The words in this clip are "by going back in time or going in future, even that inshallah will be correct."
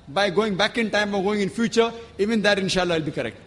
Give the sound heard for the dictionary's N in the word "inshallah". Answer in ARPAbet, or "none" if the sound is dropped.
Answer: N